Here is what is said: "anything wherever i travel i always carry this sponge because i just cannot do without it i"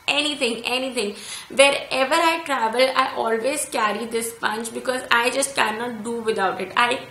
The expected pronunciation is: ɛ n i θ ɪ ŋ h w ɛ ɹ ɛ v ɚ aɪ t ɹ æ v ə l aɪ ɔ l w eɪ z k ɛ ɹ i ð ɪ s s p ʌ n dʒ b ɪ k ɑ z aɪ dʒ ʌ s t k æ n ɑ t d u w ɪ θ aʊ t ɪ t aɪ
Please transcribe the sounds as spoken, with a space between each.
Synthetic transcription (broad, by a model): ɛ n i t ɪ ŋ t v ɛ ɹ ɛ v ɚ aɪ t ɹ æ v ə l aɪ ɔ l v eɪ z k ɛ ɹ i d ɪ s s p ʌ n tʃ b ɪ k ɑ z aɪ dʒ ʌ s t k æ n ɑ t d u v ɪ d aʊ t ɪ t aɪ